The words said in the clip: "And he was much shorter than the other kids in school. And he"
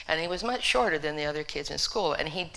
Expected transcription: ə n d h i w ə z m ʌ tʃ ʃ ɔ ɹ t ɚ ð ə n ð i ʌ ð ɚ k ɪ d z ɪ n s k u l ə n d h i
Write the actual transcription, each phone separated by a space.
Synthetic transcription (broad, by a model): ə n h i w ə z m ʌ tʃ ʃ ɔ ɹ t ɚ ð ə n ð i ʌ ð ɚ k ɪ d z ɪ n s k u l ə n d